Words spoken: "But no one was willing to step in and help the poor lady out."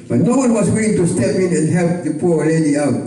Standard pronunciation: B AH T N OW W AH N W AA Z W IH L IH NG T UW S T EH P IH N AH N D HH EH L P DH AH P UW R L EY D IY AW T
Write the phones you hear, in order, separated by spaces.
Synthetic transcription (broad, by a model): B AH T N OW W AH N W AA S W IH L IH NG T UW S T EH P IH N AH N HH EH L P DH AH P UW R L EY D IY AW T